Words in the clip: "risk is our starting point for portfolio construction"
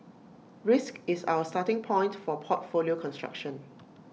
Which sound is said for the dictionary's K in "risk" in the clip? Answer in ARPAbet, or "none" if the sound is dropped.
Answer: K